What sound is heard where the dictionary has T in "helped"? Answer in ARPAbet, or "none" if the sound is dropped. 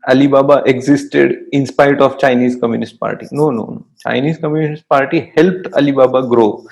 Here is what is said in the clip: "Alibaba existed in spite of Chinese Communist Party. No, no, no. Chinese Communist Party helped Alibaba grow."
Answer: T